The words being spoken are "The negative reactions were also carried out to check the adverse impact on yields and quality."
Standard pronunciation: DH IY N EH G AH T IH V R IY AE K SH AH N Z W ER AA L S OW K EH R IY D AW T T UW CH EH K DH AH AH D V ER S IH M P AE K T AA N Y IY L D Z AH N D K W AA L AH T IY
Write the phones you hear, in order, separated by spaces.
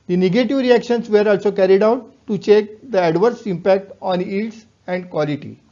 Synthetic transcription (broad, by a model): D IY N EH G AH T IH V R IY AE K SH AH N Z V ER AA L S OW K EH R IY D AW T T UW CH EH K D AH AH D V ER S IH M P AE K T AA N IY D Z AH N D K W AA L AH T IY